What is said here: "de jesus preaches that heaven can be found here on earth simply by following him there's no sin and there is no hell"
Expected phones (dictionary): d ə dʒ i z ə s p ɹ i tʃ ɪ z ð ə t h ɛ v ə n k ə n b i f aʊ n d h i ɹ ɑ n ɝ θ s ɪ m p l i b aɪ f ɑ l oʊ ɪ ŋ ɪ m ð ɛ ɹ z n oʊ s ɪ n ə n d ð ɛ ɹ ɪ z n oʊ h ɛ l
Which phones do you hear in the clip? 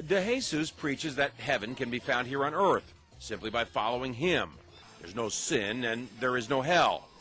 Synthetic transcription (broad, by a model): d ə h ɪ s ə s p ɹ i tʃ ɪ z ð ə t h ɛ v ə n k ə n b i f aʊ n d h i ɹ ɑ n ɝ θ s ɪ m p l i b aɪ f ɑ l oʊ ɪ ŋ ɪ m ð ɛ ɹ z n oʊ s ɪ n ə n ð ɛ ɹ ɪ z n oʊ h ɛ l